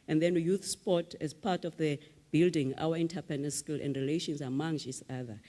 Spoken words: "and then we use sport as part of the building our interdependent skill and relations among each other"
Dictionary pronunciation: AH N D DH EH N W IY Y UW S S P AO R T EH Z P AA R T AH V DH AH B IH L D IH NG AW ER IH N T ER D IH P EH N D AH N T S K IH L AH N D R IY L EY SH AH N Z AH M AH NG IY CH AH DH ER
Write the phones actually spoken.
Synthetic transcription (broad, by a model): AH N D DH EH N Y UW TH S P AO T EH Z P AA T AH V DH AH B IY L D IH NG AW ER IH N T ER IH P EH N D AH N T S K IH L AH N D R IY L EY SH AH N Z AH M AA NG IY S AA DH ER